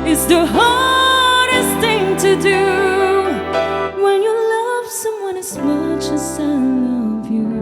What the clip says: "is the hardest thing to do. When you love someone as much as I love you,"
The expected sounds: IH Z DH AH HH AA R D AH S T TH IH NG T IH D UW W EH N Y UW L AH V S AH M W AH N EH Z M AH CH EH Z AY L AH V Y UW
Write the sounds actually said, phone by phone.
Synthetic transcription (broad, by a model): IH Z DH AH HH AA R D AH S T TH IH NG T IH D UW W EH N Y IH L AH V S AH M W AH N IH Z M AH CH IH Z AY L AH V Y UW